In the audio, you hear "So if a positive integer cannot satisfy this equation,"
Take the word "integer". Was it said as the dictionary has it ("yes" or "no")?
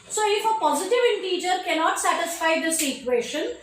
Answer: yes